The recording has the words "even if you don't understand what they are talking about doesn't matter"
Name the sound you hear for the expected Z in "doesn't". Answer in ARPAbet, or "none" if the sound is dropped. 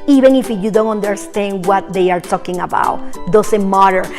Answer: S